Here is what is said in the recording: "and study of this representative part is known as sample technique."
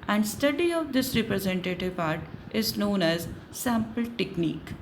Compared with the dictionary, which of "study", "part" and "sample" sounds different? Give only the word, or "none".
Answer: none